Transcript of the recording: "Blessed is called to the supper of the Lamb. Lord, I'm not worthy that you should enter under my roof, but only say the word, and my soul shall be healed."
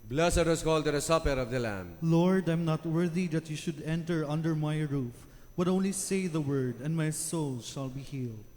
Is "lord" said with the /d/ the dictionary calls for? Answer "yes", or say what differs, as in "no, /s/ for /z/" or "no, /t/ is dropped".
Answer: yes